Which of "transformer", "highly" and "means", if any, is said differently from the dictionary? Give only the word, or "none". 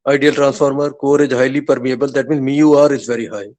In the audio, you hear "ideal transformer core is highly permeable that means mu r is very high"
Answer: none